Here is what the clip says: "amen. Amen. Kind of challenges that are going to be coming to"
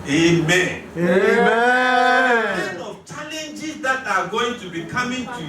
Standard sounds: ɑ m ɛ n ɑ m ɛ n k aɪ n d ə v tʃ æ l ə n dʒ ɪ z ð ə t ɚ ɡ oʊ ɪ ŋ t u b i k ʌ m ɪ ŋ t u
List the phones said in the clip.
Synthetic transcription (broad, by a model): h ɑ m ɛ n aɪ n ə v tʃ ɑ l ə n dʒ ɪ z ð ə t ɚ ɡ oʊ ɪ ŋ t u b i k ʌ m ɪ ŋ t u